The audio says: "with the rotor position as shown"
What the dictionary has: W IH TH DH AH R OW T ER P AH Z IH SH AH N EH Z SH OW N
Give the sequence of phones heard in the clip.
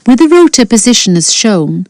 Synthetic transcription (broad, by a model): W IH DH AH R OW T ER P AH Z IH SH AH N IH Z SH OW N